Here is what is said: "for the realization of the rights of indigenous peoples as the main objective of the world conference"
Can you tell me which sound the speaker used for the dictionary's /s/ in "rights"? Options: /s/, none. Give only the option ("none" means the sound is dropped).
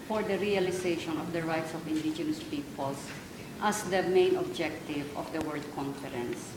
/s/